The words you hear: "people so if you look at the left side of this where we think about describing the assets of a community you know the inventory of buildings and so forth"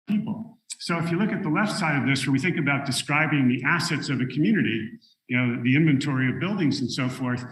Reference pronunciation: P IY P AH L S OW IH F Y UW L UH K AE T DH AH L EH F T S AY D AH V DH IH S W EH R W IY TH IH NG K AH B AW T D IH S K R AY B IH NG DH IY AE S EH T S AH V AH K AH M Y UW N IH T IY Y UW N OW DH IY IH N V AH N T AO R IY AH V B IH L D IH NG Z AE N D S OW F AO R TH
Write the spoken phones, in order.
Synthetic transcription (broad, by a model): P IY P L S OW IH F Y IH L UH K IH T DH AH L EH F T S AY D AH V DH IH S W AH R W IY TH IH NG K AH B AW T D IH S K R AY B IH NG DH IY AE S EH T S AH V AH K M Y UW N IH T IY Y N OW DH IY IH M V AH N T AO R IY AH V B IH L D IH NG Z N S OW F AO R TH